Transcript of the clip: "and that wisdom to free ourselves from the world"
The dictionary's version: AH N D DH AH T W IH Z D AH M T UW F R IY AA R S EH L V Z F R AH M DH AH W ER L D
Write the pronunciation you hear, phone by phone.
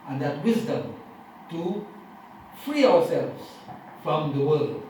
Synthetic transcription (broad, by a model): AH N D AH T W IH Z D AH M T UW F R IY AA W S EH L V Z F R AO M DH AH W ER L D